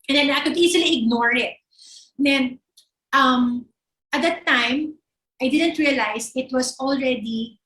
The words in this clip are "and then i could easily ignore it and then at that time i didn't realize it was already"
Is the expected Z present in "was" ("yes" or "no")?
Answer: no